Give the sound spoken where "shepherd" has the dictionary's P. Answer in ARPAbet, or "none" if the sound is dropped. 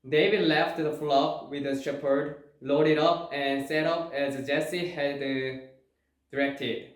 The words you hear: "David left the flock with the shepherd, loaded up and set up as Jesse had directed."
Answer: P